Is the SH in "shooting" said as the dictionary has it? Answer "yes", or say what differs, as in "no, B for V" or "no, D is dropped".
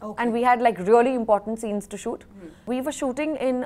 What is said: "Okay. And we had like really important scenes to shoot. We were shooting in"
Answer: yes